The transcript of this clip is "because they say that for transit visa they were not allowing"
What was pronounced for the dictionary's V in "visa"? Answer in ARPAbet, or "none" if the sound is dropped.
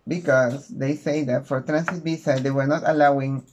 B